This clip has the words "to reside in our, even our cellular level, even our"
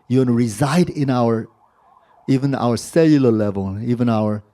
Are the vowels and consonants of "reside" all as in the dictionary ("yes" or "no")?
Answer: yes